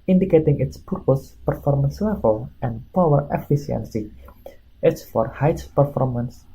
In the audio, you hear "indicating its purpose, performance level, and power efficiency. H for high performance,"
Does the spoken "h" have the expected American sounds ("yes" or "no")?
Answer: no